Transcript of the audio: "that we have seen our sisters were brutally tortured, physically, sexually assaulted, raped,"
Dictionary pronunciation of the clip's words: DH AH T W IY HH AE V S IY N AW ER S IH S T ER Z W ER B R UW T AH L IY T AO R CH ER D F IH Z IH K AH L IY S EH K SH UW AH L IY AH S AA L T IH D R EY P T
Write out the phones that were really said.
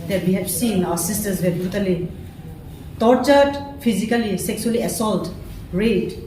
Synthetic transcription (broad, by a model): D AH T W IY HH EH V S IY N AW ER S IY S T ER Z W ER B R UW T AH L IY T AO R CH ER D P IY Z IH K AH L IY S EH K S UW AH L IY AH S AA L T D R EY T